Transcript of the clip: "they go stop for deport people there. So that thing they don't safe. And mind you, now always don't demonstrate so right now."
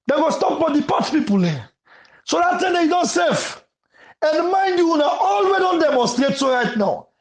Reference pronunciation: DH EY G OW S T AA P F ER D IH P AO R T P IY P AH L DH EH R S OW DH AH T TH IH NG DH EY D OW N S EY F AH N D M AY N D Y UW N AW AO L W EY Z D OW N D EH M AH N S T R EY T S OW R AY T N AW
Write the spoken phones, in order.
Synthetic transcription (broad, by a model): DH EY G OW S T AA P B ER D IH P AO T P IY P AH L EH S OW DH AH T T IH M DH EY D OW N S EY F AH N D M AY N D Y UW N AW AO L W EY D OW N D EH M AH N S T R EY T S OW R AY T N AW